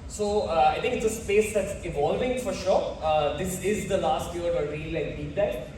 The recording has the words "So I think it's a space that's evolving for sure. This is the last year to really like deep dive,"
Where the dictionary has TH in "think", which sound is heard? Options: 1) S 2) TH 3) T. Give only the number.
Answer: 3